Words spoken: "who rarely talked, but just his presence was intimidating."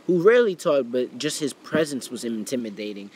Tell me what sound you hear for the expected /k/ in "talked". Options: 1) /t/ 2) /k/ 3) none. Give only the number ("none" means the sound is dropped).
3